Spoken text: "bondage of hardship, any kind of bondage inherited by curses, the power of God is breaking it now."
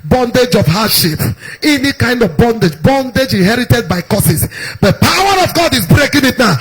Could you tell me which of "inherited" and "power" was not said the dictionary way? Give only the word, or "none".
none